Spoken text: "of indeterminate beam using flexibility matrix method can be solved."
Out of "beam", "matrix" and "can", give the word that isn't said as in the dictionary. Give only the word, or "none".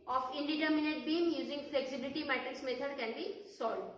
matrix